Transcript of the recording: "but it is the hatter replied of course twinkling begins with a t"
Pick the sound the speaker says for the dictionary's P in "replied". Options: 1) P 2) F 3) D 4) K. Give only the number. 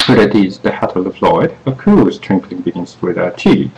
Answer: 2